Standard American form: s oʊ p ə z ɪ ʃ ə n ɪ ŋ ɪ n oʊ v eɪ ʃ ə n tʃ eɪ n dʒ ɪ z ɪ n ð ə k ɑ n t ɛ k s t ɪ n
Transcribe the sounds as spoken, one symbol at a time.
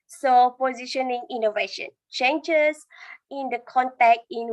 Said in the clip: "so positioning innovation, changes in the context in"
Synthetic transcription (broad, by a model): s oʊ p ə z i ʃ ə n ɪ ŋ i n oʊ v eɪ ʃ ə n tʃ eɪ n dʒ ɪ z ɪ n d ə k ɑ n t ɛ k t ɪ n